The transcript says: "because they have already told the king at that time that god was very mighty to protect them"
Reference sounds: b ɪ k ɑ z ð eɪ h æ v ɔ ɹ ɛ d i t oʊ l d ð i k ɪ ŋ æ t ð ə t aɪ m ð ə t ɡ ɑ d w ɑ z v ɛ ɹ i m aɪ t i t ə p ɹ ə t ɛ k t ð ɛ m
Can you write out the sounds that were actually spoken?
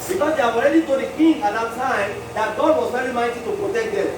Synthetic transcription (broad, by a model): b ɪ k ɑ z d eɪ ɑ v ɔ ɹ ɛ d i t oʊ d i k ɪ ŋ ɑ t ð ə t aɪ m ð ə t ɡ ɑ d w ɑ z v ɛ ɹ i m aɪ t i t ə p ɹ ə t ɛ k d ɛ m